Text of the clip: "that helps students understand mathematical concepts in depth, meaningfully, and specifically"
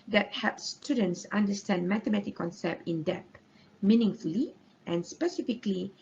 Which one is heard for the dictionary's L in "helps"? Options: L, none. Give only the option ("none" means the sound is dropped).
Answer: none